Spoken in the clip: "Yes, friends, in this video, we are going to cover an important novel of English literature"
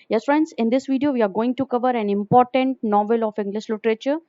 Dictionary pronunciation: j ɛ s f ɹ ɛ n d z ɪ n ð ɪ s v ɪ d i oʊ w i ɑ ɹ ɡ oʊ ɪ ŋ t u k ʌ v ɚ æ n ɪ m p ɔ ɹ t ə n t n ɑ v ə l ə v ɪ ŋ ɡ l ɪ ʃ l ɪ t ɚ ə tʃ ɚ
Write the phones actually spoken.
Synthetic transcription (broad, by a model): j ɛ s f ɹ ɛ n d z ɪ n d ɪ s v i d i oʊ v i ɑ ɹ ɡ oʊ ɪ ŋ t u k ʌ v ɚ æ n ɪ m p ɔ ɹ t ə n t n ɑ v ə l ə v ɪ ŋ ɡ l ɪ ʃ l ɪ t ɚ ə tʃ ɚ